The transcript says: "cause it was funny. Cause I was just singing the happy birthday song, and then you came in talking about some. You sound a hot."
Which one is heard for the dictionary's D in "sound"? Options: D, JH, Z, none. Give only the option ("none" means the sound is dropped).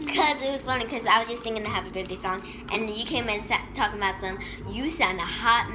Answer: none